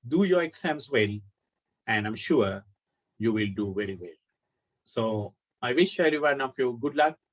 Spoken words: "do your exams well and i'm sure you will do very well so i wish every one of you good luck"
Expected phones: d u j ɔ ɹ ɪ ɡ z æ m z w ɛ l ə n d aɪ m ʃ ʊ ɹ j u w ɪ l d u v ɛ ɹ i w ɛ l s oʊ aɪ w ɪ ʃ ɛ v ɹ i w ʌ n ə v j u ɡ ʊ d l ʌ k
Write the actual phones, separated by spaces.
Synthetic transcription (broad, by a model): d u j ɔ ɹ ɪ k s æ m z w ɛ l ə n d aɪ m ʃ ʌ ɹ j u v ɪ l d u v ɛ ɹ i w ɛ l s oʊ aɪ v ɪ ʃ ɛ ɹ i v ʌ n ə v j u ɡ ʊ d l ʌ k